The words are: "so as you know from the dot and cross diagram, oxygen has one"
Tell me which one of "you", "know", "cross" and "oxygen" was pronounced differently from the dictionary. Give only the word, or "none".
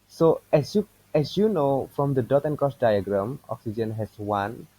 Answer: cross